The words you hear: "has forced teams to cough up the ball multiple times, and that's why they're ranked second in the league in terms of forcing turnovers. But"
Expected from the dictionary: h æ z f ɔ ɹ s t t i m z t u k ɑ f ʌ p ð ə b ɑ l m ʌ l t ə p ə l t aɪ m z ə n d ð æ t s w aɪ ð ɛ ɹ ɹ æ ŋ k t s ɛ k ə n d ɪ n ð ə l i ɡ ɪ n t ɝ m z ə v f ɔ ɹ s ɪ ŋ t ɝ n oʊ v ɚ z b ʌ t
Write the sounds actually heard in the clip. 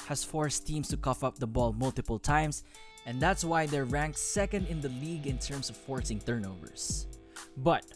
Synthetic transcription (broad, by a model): h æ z f ɔ ɹ s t t i m s t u k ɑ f ʌ p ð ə b ɑ l m ʌ l t ə p ə l t aɪ m s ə n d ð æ t s w aɪ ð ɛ ɹ ɹ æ ŋ k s s ɛ k ə n d ɪ n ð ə l i ɡ ɪ n t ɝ m s ə v f ɔ ɹ s ɪ ŋ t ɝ n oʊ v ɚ s b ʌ t